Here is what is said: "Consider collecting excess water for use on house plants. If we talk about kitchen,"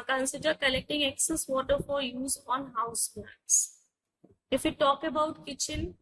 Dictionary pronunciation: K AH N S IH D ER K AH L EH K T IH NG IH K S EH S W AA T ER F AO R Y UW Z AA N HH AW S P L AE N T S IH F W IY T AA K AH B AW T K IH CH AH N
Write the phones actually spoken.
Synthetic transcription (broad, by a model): K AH N S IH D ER K AH L EH K T IH NG IH K S EH S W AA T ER F AO R Y UW Z AA N HH AW S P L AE T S IH F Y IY T AA K AH B AW T K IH CH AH N